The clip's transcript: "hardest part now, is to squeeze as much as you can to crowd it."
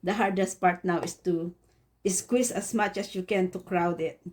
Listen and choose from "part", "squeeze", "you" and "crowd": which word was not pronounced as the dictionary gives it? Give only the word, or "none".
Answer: squeeze